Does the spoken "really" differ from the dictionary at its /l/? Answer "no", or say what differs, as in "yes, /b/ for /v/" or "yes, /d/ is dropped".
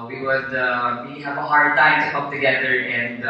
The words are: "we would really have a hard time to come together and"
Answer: yes, /l/ is dropped